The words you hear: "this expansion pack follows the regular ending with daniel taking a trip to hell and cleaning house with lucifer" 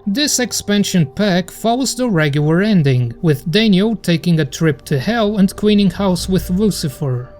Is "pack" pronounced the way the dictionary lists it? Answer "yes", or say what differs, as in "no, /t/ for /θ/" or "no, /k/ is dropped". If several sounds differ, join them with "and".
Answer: yes